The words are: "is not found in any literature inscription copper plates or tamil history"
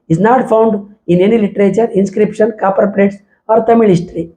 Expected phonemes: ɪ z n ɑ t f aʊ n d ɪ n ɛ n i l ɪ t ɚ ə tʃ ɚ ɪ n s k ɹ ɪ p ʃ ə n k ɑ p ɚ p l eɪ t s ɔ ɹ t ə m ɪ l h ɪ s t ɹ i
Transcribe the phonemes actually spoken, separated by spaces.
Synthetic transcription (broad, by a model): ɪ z n ɑ t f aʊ n d ɪ n ɛ n i l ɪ t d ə tʃ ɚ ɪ n s k ɹ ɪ p ʃ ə n k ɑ p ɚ p l eɪ t s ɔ ɹ t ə m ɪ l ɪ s t ɹ i